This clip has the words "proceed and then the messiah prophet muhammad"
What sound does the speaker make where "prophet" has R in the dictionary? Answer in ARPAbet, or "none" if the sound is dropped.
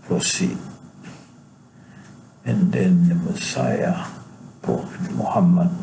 none